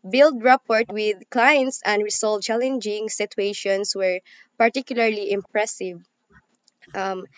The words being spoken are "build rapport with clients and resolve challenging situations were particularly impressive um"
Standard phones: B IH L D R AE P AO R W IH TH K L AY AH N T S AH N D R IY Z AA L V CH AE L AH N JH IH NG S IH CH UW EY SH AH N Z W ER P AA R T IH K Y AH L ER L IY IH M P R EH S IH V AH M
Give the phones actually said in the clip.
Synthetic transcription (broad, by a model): B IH L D R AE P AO R W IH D K L AY AH N T S AH N D R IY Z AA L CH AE L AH N JH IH NG S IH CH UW EY SH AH N S W ER P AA R T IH K Y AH L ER L IY IH M P R EH S IH V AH M